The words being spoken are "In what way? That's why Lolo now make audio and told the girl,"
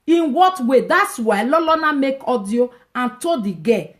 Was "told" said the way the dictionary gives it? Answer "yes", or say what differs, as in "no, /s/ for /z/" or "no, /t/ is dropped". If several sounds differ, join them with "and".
no, /l/ is dropped